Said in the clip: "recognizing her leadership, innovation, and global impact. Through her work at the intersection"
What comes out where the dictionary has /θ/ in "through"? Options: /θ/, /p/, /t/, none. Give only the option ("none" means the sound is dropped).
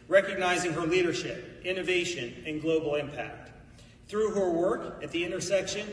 /θ/